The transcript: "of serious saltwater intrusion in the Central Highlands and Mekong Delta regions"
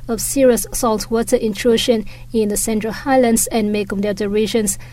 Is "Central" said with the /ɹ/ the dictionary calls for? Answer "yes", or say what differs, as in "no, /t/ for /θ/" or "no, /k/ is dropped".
yes